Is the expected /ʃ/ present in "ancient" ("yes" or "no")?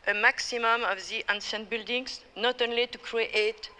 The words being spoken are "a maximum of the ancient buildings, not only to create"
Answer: no